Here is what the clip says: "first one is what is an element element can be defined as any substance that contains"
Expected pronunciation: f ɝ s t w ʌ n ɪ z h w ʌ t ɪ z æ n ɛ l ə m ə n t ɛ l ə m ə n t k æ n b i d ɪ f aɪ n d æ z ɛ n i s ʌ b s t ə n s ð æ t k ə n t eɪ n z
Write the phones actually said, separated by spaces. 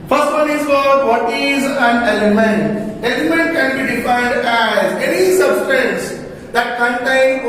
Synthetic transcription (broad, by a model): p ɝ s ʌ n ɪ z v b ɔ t ɪ z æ n ɛ l ə m ə n t ɛ l ə m ə n t k æ n b i d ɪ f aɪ d æ z ɛ n i s ʌ b s t ə n s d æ t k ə n t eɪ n